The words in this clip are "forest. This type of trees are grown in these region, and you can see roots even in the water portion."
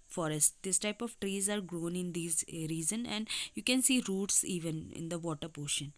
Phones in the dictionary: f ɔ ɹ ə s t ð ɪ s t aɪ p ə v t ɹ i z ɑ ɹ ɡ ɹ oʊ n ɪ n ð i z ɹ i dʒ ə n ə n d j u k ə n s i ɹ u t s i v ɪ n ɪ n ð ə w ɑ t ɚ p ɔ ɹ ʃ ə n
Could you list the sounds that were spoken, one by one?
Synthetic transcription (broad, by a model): f ɔ ɹ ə s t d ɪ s t aɪ p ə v t ɹ i z ɑ ɹ ɡ ɹ oʊ n ɪ n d i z ɹ i z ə n ə n d j u k ə n s i ɹ u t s i v ɪ n ɪ n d ə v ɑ t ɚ p ɔ ʃ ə n